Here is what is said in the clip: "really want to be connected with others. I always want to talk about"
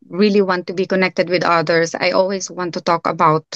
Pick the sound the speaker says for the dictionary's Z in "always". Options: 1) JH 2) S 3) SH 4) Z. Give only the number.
2